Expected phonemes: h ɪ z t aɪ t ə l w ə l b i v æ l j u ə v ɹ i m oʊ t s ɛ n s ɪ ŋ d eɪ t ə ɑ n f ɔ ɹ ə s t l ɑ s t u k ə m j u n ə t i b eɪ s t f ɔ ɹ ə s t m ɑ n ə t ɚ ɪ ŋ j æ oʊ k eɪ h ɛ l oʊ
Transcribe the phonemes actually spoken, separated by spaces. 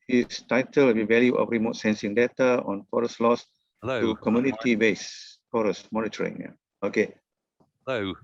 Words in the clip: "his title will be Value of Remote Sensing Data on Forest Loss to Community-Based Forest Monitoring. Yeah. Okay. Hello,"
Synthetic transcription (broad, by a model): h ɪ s t aɪ t ə l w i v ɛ l j u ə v ɹ i m oʊ t s ɛ n s ɪ ŋ d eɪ t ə ɑ n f ɔ ɹ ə s l ɑ s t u k ə m j u n ə t i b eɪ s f ɔ ɹ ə s m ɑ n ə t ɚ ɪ ŋ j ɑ oʊ k eɪ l